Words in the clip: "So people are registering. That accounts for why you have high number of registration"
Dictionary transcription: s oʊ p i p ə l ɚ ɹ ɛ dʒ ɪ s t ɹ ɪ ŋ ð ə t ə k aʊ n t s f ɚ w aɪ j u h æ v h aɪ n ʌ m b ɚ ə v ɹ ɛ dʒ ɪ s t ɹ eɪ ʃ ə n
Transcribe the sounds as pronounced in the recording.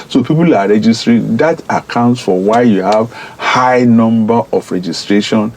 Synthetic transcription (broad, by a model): s oʊ p i p ə l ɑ ɹ ɛ dʒ ɪ s t ɹ ɪ ŋ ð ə t ə k aʊ n t s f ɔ w aɪ j u h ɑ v h aɪ n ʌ m b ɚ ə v ɹ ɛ dʒ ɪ s t ɹ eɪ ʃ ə n